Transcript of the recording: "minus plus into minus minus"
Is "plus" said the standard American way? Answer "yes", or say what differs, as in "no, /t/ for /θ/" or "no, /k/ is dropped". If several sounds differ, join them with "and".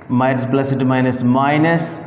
no, /b/ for /p/